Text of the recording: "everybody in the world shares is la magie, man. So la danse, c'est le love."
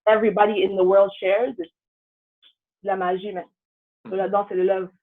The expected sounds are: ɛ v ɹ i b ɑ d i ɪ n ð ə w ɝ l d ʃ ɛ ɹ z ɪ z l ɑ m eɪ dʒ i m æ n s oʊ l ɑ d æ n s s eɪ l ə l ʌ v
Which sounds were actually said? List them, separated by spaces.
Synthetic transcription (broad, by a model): ɛ v ɹ i b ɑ d i ɪ n ð ə w ɝ l d ʃ ɛ ɹ z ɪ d l ɑ m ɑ ʒ i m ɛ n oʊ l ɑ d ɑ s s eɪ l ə l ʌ v